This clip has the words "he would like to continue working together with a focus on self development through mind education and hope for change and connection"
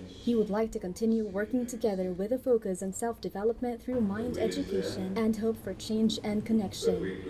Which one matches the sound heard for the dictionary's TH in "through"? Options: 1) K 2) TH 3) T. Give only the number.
2